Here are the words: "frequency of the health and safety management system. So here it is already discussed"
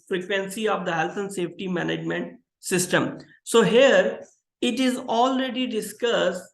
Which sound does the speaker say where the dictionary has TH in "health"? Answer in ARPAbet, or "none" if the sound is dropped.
T